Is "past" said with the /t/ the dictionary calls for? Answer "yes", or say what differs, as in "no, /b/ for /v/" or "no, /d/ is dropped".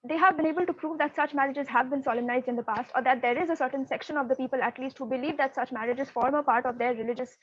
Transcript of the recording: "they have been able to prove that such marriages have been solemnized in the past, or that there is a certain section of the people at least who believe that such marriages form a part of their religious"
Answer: yes